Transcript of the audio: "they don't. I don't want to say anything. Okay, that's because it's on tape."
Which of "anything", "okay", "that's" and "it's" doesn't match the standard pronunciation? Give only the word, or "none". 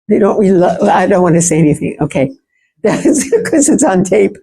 none